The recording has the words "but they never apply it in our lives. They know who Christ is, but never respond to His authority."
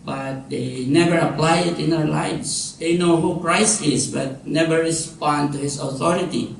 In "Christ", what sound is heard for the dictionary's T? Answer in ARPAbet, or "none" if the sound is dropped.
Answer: T